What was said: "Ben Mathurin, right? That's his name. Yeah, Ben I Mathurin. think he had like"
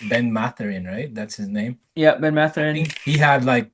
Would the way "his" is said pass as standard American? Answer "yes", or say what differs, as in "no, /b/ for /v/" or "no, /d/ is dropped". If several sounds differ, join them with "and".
yes